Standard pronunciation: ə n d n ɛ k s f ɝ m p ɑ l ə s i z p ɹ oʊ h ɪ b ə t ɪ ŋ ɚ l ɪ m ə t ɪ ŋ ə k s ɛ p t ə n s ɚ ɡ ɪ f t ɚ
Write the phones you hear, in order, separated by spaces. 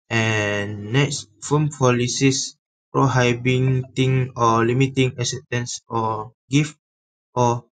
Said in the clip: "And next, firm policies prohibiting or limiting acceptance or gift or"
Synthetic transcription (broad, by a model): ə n n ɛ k s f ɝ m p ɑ l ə s i s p ɹ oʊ h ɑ b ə t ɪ ŋ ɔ l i m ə t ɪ ŋ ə s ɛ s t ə n s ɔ ɡ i f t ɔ